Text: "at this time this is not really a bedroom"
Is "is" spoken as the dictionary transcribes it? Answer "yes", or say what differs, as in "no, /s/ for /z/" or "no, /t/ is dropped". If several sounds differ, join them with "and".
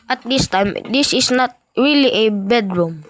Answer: no, /s/ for /z/